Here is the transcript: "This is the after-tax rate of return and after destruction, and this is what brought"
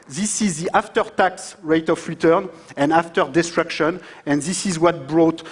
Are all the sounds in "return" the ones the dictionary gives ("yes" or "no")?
yes